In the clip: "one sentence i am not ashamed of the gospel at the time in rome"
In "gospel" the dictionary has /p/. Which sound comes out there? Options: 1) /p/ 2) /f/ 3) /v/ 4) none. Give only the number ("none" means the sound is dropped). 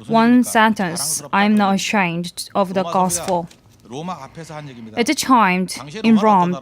2